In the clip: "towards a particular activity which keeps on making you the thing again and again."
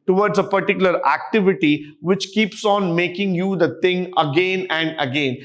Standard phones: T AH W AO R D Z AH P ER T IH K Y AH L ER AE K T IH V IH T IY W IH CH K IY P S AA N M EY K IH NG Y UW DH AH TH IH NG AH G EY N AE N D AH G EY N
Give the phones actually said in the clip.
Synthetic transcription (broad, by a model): T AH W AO R D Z AH P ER T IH K Y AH L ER AE K T IH V IH T IY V IH CH K IY P S AA N M EY K IH NG Y UW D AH T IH NG AH G EY N AE N D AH G EY N